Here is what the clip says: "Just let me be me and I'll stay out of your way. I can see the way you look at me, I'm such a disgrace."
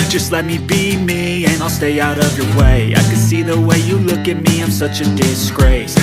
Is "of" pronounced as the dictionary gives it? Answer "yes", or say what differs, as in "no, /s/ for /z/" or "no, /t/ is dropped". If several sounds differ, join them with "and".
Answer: yes